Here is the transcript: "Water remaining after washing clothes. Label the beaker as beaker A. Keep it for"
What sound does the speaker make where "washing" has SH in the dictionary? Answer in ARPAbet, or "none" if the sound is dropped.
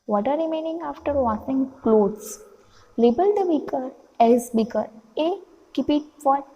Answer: S